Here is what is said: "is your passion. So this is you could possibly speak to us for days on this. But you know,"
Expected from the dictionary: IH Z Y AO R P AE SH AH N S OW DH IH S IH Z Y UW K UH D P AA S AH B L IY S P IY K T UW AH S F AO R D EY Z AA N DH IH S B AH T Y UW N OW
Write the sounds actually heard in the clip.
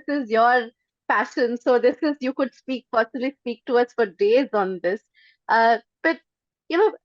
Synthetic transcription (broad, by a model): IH Z Y AO R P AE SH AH N S OW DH IH S IH Z Y UW K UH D P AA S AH L IY S P IY K T UW AH S F AO R D EY Z AA N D IH S B AH T Y UW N OW